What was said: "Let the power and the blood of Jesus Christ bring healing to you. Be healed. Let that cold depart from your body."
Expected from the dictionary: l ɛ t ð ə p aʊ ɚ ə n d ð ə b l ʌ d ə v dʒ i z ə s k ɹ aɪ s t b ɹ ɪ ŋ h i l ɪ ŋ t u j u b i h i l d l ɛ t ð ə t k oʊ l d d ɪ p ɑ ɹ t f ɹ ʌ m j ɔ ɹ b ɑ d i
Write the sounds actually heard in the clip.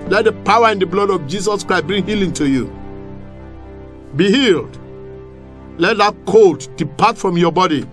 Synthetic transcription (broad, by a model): l ɛ t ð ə p aʊ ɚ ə n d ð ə b l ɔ d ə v dʒ i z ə s k ɹ aɪ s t b ɹ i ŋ h i l ɪ ŋ t u j u b i h i l d l ɛ t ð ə t k oʊ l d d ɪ p ɑ t f ɹ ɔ m j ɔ b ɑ d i